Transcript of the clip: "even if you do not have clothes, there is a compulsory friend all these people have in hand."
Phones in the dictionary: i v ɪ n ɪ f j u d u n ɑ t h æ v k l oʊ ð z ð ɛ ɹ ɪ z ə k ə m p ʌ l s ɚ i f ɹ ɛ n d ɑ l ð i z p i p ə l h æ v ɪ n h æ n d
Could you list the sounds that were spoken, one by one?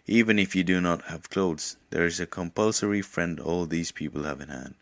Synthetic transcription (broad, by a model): i v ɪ n ɪ f j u d u n ɑ t h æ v k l oʊ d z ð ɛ ɹ ɪ z ə k ə m p ʌ l s ɚ i f ɹ ɛ n d ɑ l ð i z p i p ə l h æ v ɪ n h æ n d